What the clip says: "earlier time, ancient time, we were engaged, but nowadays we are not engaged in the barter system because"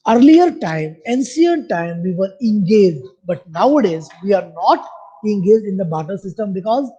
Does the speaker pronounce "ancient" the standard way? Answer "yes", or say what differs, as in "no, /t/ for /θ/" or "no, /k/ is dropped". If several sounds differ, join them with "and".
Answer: no, /s/ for /ʃ/